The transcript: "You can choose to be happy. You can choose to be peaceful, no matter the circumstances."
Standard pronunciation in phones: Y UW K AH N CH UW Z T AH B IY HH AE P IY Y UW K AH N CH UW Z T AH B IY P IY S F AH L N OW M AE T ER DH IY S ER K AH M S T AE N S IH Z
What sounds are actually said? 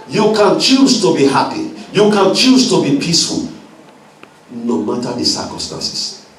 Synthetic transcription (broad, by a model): Y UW K AH N CH UW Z T AH B IY HH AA P IY Y UW K AH N CH UW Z T AH B IY P IY S F AH L N OW M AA T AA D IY S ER K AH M S T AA N S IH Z